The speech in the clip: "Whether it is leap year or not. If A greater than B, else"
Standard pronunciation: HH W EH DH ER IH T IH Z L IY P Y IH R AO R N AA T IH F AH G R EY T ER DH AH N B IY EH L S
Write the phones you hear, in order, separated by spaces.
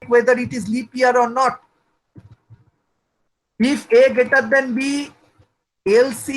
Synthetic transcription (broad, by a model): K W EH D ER IH T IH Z L IY P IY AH R AO R N AA T IH F AH G EY T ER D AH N B IY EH L S